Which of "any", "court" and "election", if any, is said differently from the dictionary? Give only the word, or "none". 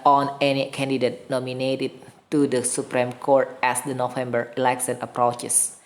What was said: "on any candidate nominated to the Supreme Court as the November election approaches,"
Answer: election